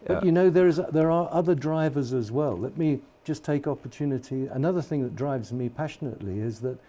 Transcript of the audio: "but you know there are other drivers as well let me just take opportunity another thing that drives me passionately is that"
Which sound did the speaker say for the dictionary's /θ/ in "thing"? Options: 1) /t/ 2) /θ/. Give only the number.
2